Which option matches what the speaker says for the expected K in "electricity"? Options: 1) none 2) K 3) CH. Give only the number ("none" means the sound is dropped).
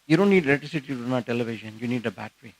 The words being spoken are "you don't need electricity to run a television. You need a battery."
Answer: 1